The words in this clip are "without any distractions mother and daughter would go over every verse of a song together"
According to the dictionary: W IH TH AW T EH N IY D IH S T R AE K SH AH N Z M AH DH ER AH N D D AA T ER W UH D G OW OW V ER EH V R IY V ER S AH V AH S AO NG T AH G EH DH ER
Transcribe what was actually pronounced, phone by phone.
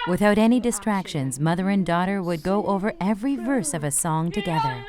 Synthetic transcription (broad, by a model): W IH TH AW T EH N IY D IH S T R AE K SH AH N Z M AH DH ER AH N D D AA T ER W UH D G OW OW V ER EH V R IY V ER S AH V AH S AO NG T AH G EH DH ER